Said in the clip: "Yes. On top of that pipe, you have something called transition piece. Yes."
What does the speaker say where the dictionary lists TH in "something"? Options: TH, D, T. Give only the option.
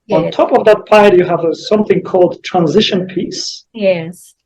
TH